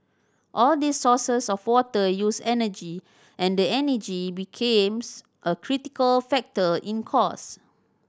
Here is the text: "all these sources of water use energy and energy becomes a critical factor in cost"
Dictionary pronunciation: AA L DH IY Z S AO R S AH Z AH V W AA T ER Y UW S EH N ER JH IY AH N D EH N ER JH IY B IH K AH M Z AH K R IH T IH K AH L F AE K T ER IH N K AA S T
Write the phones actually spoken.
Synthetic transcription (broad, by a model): AA L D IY S AO S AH S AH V W AA T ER Y UW S EH N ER JH IY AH N D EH N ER JH IY B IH K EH M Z AH K R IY T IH K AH L F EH K T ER IH N K AA S